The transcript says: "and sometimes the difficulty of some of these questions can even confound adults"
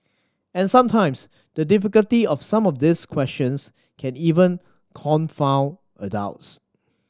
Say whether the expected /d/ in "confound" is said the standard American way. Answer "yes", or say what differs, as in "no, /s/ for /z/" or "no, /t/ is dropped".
no, /d/ is dropped